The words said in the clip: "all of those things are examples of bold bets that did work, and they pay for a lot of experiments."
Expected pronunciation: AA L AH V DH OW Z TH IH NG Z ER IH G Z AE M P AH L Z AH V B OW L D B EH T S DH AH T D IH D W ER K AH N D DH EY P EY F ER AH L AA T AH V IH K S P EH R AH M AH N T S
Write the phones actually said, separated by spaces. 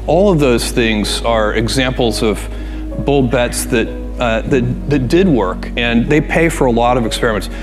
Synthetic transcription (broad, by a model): AA L AH V DH OW Z TH IH NG Z ER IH G Z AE M P L Z AH V B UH L B EH T S DH AH T D IH D W ER K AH N DH EY P EY F ER AH L AA T AH V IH K S P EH R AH M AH N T S